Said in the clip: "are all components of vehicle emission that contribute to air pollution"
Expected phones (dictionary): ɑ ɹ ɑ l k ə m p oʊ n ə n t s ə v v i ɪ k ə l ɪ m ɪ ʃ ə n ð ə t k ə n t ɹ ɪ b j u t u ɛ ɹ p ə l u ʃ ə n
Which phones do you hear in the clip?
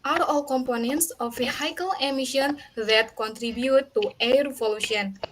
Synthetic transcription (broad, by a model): ɑ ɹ ɑ l k ə m p oʊ n ə n t s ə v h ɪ k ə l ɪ m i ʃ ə n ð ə t k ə n t ɹ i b j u t u ɛ ɹ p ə l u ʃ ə n